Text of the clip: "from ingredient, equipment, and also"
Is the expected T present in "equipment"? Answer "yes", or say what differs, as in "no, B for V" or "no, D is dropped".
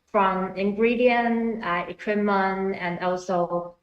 no, T is dropped